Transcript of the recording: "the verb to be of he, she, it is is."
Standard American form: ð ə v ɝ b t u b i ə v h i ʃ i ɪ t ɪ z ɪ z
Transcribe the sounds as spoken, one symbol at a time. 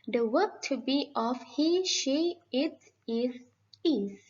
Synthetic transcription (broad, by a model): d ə w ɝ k t u b i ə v h i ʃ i ɪ t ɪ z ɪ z